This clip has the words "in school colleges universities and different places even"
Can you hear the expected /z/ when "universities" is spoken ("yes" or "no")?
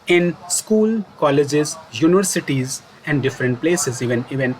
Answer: yes